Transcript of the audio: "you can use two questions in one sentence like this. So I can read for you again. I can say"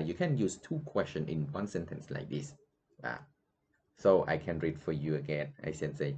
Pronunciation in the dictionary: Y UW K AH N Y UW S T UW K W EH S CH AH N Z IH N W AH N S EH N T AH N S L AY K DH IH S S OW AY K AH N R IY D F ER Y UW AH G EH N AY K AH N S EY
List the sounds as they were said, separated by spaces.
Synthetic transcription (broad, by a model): Y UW K AH N Y UW S T UW K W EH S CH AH N IH N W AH N S EH N T AH N S L AY K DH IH S S OW AY K AH N R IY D F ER Y UW AH G EH N AY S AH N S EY